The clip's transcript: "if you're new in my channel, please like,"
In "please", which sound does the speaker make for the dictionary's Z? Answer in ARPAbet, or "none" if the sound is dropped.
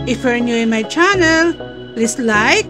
S